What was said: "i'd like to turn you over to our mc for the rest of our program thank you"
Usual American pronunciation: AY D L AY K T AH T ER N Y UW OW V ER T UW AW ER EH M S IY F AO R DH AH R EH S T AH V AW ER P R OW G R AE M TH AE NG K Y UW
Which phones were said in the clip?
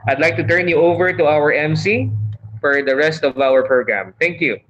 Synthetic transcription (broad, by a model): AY D L AY K T AH T ER N Y UW OW V ER T UW AW ER EH M S IY F AO R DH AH R EH S T AH V AW ER P R OW G R AE M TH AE NG K Y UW